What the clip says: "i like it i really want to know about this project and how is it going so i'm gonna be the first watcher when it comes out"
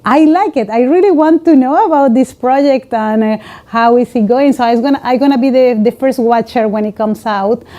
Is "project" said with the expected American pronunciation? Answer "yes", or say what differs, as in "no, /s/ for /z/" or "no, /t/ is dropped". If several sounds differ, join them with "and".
yes